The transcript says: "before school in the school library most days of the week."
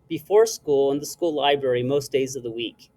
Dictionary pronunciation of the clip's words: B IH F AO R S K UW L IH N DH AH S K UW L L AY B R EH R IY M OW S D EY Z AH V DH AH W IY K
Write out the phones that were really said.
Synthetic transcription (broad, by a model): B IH F AO R S K UW L IH N DH AH S K UW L L AY B R EH R IY M OW S D EY Z AH V DH AH W IY K